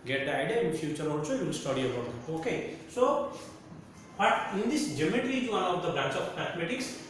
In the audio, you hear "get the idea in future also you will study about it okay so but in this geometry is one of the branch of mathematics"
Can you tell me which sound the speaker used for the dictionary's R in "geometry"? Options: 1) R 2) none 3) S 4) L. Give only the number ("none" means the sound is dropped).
4